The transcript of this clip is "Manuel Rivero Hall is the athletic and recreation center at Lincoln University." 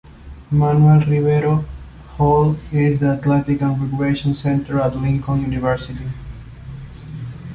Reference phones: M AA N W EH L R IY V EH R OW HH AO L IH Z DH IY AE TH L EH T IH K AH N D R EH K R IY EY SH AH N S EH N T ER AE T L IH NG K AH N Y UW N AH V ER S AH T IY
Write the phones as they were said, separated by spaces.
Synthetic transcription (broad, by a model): M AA N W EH L R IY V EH R OW HH AO L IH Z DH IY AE T L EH T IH K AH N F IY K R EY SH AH N S EH N T ER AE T L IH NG K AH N Y UW N AH V ER S AH T IY